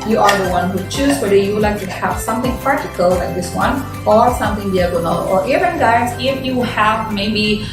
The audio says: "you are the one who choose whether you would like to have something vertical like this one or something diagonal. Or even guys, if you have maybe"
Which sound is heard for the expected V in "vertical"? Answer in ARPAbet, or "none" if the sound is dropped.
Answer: P